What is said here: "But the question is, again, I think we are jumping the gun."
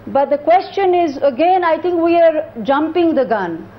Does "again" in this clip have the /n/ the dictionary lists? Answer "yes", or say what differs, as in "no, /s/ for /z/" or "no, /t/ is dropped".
yes